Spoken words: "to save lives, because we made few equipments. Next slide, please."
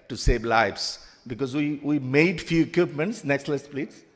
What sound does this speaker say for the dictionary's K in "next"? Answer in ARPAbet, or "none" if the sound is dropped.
K